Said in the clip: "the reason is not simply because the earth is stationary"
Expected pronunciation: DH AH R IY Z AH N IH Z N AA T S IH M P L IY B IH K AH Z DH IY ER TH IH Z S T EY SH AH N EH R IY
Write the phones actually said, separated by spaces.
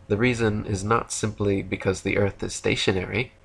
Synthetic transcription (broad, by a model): DH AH R IY Z AH N IH Z N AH T S IH M P L IY B IH K AH Z DH IY ER TH IH Z S T EY SH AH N EH R IY